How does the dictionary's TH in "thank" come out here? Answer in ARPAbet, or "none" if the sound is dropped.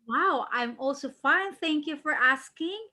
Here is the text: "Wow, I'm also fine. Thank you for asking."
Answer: TH